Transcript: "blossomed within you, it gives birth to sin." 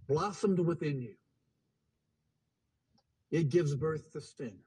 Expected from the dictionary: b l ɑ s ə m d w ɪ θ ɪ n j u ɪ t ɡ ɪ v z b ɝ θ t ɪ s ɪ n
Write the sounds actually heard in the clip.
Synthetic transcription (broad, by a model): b l ɑ s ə m d w ɪ θ ɪ n j u ɪ t ɡ ɪ v z b ɝ θ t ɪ s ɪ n